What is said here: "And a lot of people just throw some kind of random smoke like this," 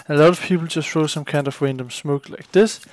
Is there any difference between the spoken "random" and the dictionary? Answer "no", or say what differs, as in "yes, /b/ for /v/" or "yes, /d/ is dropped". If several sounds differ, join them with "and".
yes, /w/ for /ɹ/